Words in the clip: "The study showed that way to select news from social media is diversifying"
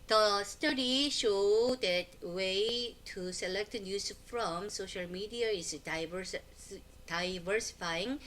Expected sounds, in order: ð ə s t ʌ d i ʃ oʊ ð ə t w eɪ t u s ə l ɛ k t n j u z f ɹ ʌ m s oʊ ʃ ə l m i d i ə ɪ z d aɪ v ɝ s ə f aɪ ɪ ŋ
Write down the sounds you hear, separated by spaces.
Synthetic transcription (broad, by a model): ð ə s t ʌ d i ʃ oʊ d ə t w eɪ t u s ə l ɛ k t n j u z f ɹ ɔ m s oʊ ʃ ə l m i d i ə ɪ s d aɪ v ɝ s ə f aɪ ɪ ŋ